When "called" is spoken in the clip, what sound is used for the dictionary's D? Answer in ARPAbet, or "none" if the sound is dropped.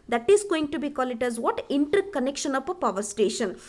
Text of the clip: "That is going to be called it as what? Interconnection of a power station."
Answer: none